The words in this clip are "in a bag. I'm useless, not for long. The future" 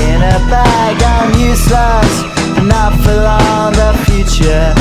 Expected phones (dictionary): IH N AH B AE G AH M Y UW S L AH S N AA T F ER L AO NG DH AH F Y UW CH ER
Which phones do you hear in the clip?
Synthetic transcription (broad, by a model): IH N AH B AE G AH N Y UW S AH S N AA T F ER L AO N DH AH F Y UW CH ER